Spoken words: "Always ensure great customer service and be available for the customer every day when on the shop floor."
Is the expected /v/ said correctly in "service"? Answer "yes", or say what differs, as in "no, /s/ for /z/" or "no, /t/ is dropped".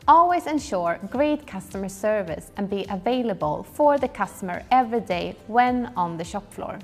yes